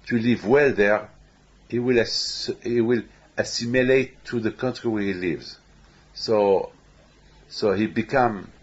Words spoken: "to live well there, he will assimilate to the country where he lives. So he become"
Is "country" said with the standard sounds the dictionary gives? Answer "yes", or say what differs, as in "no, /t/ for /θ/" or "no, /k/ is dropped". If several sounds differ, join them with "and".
yes